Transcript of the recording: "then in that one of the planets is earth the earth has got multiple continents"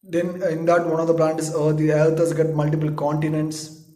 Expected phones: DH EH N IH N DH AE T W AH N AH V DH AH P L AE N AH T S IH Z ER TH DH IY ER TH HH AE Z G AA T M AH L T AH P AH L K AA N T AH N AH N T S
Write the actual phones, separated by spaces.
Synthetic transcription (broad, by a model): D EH N IH N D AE T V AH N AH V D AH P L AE N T IH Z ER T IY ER T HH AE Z G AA T M AH L T AH P AH L K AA N T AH N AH N T S